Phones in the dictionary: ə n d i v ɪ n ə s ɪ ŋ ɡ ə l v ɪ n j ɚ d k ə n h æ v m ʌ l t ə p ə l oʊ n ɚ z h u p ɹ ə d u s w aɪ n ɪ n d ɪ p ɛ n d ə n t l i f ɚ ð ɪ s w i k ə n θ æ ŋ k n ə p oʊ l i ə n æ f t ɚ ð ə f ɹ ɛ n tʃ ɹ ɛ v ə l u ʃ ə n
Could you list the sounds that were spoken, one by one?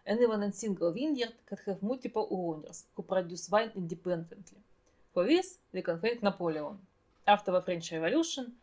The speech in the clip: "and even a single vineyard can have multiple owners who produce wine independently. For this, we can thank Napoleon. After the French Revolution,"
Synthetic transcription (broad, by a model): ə n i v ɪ n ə s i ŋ ɡ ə l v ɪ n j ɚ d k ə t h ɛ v m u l t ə p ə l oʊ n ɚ s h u p ɹ ə d u s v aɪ n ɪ n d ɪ p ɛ n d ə n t l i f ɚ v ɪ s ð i k ə n f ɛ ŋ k n ə p oʊ l i ə n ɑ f t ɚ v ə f ɹ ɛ n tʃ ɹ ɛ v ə l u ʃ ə n